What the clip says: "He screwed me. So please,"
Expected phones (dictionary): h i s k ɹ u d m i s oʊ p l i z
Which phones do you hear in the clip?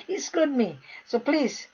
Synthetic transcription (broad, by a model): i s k l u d m i s oʊ p l i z